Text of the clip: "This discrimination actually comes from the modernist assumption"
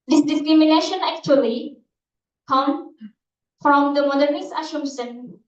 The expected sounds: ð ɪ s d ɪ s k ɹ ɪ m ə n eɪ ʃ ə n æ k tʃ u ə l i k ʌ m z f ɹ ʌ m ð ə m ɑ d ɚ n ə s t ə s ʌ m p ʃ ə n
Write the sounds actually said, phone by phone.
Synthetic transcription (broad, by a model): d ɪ s d ɪ s k ɹ ɪ m ə n eɪ ʃ ə n æ k tʃ u ə l i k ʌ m f ɹ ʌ m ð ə m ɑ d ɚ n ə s ə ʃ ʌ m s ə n